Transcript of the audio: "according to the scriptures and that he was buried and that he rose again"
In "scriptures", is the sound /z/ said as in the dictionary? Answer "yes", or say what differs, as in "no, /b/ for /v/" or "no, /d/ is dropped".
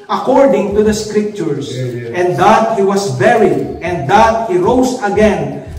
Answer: no, /s/ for /z/